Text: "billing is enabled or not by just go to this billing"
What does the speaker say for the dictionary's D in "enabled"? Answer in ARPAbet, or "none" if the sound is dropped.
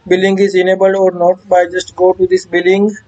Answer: none